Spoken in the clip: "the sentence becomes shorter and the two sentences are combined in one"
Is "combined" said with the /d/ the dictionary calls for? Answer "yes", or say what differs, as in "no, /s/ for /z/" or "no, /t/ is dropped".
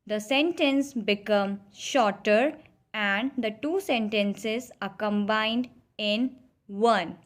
yes